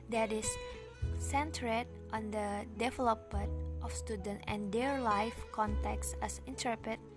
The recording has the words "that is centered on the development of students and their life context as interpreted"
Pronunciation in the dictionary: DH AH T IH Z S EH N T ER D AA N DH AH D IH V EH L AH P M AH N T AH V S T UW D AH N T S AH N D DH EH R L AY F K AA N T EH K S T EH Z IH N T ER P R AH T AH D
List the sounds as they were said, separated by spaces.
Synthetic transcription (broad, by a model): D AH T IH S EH N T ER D AA N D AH D IH V EH L AH P M AH N T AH F S T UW D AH N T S AH N D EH R L AY F K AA N T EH K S EH S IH N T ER P R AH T